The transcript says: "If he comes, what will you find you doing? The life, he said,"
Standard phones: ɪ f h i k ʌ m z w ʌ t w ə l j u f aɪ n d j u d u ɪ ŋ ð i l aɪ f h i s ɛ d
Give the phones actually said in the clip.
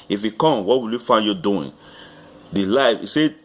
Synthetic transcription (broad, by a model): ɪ f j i k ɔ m w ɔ t w ə l j u f aɪ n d j u d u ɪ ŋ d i l aɪ f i s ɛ